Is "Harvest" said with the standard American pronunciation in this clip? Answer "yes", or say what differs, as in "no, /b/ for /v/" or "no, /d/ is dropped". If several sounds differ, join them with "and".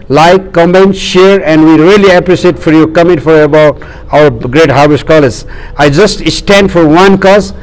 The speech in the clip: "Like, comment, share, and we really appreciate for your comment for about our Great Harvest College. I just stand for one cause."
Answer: no, /b/ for /v/